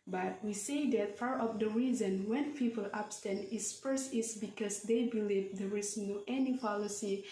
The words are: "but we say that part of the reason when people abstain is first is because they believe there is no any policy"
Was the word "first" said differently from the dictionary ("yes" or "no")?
yes